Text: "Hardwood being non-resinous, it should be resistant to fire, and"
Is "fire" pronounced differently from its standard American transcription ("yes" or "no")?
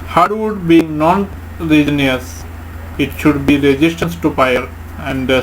yes